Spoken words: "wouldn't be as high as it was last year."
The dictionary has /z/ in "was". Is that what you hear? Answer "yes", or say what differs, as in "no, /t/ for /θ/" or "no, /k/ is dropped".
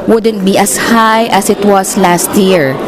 no, /s/ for /z/